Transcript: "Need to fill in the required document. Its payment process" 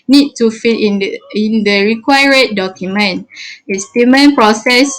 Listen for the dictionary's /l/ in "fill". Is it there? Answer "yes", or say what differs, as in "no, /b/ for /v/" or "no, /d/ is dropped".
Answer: no, /n/ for /l/